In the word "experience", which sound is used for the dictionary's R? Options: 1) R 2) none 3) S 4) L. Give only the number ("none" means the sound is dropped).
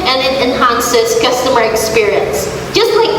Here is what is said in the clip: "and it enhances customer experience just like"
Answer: 1